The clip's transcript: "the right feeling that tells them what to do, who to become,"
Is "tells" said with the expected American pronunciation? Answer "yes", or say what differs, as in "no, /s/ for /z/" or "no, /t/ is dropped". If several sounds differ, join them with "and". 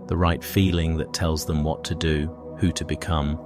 yes